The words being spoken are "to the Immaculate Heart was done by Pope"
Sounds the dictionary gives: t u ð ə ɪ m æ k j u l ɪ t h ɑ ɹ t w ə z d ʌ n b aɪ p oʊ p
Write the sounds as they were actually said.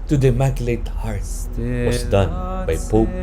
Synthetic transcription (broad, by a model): t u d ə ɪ m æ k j l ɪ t h ɑ ɹ t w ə s d ʌ n b aɪ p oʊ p